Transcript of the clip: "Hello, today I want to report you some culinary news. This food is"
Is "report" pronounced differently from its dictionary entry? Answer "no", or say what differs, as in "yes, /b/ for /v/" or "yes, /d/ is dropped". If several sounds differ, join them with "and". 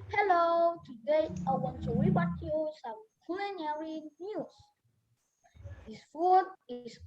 yes, /b/ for /p/